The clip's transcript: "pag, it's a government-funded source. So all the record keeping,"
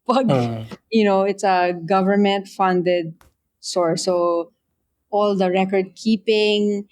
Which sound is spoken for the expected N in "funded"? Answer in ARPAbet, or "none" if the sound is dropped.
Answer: N